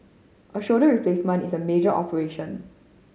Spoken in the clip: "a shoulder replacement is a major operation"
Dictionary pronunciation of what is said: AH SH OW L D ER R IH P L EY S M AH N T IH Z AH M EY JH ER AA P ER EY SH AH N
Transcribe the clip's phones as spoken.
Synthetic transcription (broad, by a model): AH SH OW D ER R IH P L EY S M AH N T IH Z AH M EY JH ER AA P ER EY SH AH N